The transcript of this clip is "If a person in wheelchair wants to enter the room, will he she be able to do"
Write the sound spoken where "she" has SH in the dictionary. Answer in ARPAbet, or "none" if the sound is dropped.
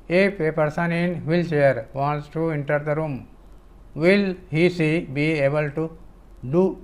S